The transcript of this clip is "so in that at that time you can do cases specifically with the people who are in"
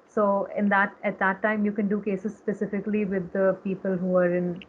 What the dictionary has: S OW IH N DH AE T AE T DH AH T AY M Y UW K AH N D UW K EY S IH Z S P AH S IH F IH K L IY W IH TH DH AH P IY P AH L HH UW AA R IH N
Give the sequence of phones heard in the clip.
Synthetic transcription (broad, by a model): S OW IH N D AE T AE T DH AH T AY M Y UW K AH N D UW K EY S IH Z S P AH S IH F IH K L IY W IH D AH P IY P AH L HH UW AA R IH N